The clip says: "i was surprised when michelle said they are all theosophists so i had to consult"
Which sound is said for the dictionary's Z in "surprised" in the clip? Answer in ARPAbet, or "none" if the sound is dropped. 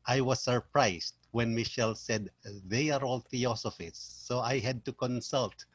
S